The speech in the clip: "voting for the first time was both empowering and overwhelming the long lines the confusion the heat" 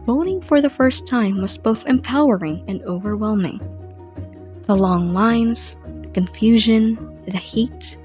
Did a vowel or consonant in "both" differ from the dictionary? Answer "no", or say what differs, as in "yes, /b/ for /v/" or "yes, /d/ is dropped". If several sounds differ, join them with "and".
no